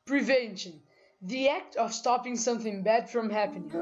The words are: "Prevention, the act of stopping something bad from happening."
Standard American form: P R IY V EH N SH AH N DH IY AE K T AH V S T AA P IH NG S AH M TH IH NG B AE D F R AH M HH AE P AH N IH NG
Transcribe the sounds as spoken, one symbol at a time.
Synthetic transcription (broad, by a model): P R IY V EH N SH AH N DH IY AE K T AH V S T AA P IH NG S AH M TH IH NG B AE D F R AH M HH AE P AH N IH